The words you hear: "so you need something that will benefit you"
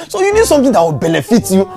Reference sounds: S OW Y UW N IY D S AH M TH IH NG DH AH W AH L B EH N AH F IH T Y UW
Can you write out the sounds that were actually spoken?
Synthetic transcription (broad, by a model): S OW Y UW N IY D S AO M T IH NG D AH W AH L B EH N AH F IH T Y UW